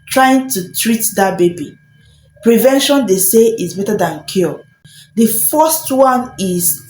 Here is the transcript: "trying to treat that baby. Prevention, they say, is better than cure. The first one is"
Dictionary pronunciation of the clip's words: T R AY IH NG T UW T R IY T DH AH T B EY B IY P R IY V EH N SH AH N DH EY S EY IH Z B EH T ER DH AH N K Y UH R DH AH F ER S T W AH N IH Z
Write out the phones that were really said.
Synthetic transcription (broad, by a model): T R AY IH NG T UW T R IY T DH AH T B EY B IY P R IY V EH N SH AH N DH EY S EY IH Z B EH T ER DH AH N K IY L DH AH F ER S T W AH N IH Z